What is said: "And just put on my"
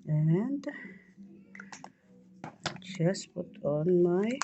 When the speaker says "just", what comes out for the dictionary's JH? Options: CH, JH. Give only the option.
CH